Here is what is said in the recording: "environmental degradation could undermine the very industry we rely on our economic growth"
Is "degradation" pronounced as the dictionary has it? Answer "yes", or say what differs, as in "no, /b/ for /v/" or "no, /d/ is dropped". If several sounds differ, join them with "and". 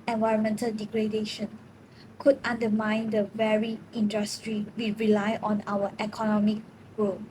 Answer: yes